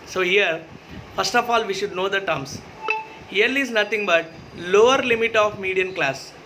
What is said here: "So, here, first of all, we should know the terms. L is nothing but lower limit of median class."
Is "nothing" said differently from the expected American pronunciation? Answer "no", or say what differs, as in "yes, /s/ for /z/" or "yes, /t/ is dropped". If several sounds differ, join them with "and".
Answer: yes, /t/ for /θ/